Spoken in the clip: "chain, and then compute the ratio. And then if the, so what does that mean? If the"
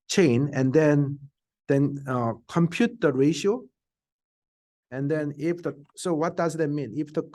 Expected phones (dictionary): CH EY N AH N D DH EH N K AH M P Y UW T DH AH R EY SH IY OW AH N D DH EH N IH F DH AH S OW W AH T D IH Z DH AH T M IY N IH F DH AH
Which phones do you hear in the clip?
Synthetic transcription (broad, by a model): CH EY N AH N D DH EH N K AH M P Y UW T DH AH R EY SH IY OW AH N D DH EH N IH F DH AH S OW W AH T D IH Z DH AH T M IY N IH F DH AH